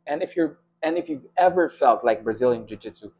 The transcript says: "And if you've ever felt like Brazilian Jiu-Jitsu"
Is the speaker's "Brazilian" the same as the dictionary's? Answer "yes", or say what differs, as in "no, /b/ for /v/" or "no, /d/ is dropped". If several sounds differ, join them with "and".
yes